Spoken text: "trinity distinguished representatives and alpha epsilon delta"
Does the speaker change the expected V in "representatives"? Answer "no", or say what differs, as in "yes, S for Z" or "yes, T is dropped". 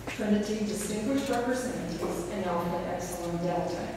yes, V is dropped